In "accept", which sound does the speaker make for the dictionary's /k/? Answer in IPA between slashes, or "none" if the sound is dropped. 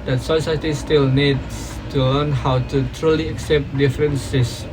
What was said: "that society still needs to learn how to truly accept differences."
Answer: /k/